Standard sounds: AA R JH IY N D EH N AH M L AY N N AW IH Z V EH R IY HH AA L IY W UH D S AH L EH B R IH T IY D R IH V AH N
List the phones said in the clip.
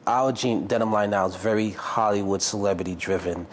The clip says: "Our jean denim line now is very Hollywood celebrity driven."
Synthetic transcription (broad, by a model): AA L JH IY N D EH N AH M L AY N N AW IH Z V EH R IY HH AA L IY W UH D S AH L EH B R IH T IY D R IH V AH N